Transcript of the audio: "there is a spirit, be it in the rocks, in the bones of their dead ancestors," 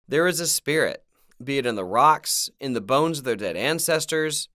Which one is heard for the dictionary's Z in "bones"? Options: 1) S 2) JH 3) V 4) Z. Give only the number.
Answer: 4